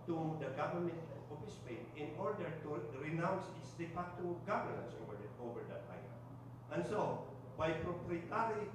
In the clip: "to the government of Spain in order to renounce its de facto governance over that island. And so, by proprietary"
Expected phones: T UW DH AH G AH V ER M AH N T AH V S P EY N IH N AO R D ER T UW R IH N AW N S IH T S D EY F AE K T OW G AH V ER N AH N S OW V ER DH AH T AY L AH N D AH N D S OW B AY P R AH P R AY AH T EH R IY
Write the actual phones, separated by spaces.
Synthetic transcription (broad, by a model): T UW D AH G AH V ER M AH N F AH S P EY N IH N AO R D ER T UW R IH N AW N S IH T S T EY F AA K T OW G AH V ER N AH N S OW V ER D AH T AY AH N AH N S OW B AY P R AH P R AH T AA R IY